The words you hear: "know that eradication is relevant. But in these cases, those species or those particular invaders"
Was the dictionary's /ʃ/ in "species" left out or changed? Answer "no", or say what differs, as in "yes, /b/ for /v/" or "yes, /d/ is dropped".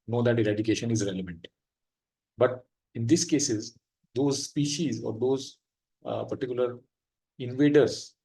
no